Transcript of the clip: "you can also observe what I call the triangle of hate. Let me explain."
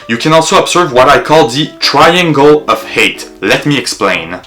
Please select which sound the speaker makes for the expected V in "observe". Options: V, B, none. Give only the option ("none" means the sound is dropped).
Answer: V